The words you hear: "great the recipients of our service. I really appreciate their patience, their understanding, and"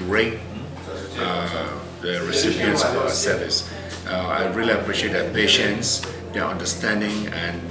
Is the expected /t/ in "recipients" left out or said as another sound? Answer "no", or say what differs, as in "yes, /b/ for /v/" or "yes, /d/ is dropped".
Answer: yes, /s/ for /t/